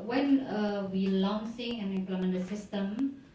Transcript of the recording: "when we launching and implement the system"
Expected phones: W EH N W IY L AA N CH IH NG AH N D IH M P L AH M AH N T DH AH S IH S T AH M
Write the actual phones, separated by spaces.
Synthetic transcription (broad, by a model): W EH N W IY L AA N S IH NG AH N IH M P L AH M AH N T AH S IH S T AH M